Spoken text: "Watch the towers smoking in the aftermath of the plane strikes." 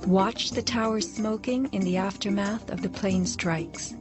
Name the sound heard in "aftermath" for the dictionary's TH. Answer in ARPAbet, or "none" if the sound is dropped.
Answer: TH